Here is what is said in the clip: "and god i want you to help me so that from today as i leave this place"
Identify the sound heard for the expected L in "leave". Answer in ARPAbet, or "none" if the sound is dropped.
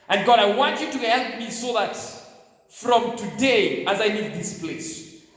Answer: N